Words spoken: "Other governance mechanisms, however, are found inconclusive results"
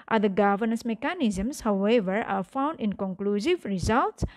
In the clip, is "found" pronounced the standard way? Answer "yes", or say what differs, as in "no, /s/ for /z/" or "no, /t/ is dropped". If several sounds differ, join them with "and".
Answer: yes